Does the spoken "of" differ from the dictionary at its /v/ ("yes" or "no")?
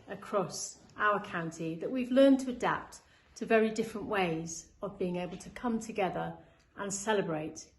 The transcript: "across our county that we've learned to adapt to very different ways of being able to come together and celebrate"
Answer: no